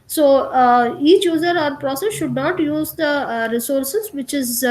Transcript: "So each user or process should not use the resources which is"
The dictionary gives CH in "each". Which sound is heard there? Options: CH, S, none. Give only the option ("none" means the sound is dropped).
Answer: CH